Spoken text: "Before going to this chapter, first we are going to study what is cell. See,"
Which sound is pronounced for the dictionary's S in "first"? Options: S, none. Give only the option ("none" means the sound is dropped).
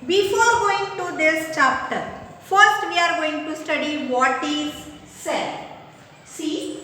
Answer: S